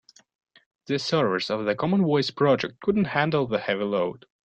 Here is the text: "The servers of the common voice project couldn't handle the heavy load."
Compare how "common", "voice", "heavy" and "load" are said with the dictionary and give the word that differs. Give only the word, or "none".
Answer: voice